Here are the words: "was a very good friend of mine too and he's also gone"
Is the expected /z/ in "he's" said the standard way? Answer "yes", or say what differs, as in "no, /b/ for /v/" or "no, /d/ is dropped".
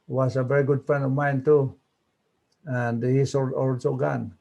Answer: no, /s/ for /z/